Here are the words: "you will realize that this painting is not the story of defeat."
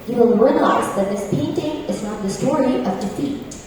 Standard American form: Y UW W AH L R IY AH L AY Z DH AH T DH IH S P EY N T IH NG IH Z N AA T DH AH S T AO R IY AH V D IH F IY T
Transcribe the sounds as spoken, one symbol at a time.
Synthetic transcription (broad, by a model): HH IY W AH L R IY AH L AY Z DH AH T DH IH S P EY N T IH NG IH Z N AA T DH AH S T AO R IY AH V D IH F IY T